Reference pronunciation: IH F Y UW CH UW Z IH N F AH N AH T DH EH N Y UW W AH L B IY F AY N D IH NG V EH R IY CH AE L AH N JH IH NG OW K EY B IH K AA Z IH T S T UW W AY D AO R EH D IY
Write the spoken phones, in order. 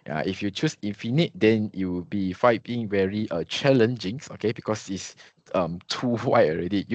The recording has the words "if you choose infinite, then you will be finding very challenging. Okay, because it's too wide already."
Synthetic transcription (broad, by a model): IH F Y UW CH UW S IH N F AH N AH T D EH N Y UW W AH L B IY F AY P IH NG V EH R IY CH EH L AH N JH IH NG OW K EY B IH K AA S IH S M T UW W AY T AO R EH D IY